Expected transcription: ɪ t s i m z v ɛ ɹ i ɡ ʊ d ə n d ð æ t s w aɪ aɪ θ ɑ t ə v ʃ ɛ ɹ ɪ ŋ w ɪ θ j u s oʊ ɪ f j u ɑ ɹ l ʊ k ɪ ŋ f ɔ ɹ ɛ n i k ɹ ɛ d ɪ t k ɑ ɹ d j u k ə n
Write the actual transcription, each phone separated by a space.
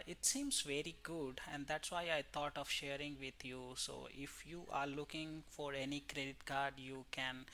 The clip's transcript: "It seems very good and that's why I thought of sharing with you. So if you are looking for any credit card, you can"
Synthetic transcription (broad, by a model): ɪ t s i m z v ɛ ɹ i ɡ ʊ d ə n d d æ t s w aɪ aɪ t ɑ t ə v ʃ ɛ ɹ ɪ ŋ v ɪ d j u s oʊ ɪ f j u ɑ ɹ l ʊ k ɪ ŋ f ɔ ɹ ɛ n i k ɹ ɛ d ɪ t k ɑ ɹ d j u k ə n